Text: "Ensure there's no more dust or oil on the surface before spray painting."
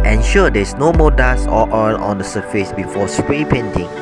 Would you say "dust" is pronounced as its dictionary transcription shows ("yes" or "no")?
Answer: no